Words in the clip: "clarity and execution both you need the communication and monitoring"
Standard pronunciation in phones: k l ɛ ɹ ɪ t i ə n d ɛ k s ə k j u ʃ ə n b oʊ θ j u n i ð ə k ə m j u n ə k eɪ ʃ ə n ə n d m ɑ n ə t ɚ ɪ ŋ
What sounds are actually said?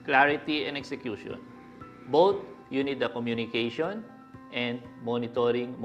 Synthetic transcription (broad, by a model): k l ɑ ɹ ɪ t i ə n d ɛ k s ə k j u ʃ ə n b oʊ t j u n i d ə k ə m j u n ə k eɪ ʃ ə n ə n d m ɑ n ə t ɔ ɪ ŋ